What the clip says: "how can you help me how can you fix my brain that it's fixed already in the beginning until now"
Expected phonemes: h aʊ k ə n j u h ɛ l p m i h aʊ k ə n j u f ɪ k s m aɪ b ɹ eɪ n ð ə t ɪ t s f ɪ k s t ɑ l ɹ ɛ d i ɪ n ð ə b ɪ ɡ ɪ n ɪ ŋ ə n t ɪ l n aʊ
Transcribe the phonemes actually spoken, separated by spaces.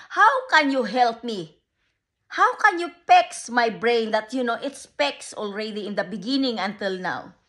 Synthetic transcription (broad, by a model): h aʊ k ə n j u h ɛ l p m i h aʊ k ə n j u p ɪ k s m aɪ b ɹ eɪ n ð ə t ɪ t s p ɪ k s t ɑ l ɹ ɛ d i ɪ n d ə b ɪ ɡ ɪ n ɪ ŋ ə n t ɪ l n aʊ